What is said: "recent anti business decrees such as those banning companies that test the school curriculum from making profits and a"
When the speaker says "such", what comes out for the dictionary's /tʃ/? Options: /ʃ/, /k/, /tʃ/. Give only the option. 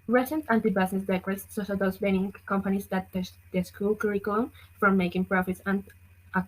/ʃ/